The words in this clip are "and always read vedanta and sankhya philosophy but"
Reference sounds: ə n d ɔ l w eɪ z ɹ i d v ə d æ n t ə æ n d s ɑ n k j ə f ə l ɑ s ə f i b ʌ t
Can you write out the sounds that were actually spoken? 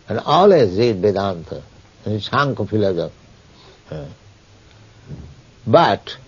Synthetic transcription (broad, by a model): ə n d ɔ l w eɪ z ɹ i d b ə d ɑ n t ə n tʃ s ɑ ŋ k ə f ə l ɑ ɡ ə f b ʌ t